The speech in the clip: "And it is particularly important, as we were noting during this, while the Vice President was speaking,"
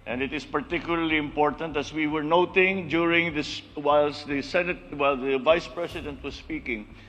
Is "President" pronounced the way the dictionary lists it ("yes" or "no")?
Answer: no